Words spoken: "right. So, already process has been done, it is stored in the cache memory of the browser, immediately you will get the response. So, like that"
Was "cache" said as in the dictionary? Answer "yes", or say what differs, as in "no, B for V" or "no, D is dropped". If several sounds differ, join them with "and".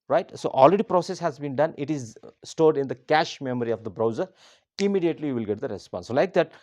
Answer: yes